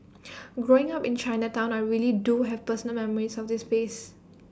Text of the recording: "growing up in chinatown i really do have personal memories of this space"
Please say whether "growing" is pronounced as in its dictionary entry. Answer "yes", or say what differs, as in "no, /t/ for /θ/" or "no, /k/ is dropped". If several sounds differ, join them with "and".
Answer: yes